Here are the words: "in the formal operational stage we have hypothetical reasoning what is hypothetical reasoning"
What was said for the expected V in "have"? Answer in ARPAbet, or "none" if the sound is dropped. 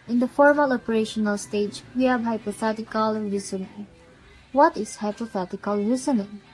B